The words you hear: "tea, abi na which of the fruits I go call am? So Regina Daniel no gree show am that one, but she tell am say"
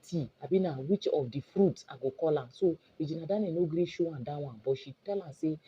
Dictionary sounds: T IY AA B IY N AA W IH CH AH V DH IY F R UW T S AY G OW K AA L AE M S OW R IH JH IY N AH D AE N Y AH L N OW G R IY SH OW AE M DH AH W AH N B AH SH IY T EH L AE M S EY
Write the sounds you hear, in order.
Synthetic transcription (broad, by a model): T IY AA B IY N AA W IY CH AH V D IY F R UW T AY G OW K AA L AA S OW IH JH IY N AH D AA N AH N OW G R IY SH OW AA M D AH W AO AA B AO SH IY T EH L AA S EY